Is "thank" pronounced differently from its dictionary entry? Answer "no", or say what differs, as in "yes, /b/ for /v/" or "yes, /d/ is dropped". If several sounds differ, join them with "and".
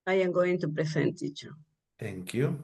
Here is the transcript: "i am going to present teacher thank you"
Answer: yes, /t/ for /θ/